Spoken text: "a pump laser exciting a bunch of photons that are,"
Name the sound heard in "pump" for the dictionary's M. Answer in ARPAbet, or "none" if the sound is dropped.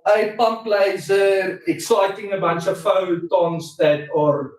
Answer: M